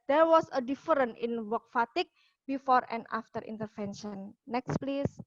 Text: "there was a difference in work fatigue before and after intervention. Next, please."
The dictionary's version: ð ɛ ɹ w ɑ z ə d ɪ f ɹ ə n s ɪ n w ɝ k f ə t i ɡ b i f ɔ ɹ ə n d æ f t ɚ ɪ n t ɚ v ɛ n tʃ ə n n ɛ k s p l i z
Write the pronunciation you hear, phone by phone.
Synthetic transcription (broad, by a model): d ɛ ɹ w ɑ s ə d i f ɹ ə n ɪ n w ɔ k f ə t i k b i f ɔ ɹ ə n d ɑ f t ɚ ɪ n t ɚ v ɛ n ʃ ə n n ɛ k s p l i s